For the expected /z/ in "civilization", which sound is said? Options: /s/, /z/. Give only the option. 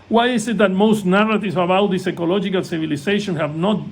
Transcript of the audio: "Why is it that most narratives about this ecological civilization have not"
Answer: /s/